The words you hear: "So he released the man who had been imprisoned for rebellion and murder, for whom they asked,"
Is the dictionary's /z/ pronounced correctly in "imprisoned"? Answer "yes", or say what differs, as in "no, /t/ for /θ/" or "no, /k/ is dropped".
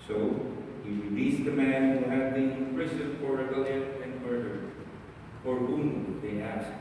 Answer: no, /s/ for /z/